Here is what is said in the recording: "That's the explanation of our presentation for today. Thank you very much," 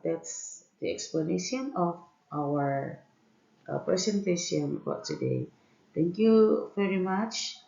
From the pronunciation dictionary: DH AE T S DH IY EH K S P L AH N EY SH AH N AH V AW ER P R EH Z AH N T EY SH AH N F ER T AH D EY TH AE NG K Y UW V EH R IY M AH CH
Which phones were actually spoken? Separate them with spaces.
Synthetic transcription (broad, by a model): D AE T S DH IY EH K S P L AH N EY SH AH N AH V AW ER P R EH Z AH N T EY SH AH N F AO T AH D EY T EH NG K Y UW V EH R IY M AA CH